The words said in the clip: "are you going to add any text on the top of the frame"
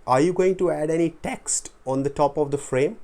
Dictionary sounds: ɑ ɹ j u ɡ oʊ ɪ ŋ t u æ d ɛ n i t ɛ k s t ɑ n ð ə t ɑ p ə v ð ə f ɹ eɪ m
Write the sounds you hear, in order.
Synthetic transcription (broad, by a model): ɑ ɹ j u ɡ oʊ ɪ ŋ t u æ d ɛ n i t ɛ k s t ɑ n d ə t ɑ p ə v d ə f ɹ eɪ m